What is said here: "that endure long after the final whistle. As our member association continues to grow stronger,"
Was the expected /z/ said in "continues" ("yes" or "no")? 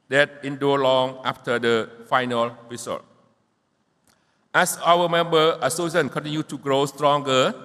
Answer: no